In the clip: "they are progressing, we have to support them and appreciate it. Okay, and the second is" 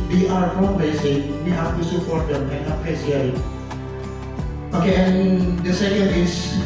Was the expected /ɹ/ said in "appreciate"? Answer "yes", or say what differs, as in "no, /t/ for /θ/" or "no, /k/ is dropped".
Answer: no, /ɹ/ is dropped